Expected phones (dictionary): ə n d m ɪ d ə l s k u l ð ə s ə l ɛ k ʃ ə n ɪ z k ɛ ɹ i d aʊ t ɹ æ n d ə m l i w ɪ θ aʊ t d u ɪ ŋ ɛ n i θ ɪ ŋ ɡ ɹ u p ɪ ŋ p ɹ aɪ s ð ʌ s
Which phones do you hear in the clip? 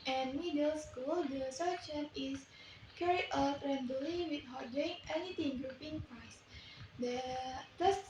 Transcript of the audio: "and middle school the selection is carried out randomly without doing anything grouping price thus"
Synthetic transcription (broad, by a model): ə n m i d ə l s k u l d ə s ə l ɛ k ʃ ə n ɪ s k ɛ ɹ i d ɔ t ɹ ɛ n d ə l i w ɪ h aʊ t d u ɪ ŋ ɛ n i t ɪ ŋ ɡ ɹ u p ɪ ŋ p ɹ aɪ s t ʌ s